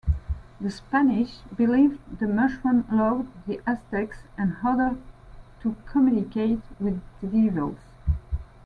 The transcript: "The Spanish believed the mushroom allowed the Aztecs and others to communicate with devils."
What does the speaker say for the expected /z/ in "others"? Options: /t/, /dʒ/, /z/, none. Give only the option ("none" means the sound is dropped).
none